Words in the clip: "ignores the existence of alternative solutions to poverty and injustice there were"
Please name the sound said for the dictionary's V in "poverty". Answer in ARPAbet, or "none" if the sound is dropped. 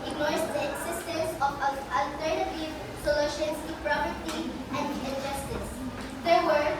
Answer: P